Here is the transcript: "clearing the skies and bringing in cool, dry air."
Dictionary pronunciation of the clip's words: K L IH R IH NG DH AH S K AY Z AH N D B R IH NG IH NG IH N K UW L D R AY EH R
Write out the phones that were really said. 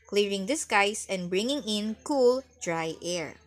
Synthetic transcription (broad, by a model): K L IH R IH NG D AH S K AY S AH N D B R IH NG IH NG IH N K UW L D R AY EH R